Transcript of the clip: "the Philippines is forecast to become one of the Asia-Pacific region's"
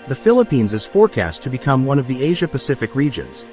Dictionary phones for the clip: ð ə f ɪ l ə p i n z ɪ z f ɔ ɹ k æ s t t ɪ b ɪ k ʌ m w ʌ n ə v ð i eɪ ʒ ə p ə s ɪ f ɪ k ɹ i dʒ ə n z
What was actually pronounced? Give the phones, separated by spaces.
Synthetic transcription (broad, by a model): ð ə f ɪ l ə p i n z ɪ z f ɔ ɹ k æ s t t ɪ b ɪ k ʌ m w ʌ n ə v ð i eɪ ʒ ə p ə s ɪ f ɪ k ɹ i dʒ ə n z